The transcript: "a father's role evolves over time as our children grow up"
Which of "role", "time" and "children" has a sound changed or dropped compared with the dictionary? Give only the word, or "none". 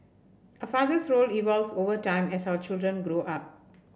none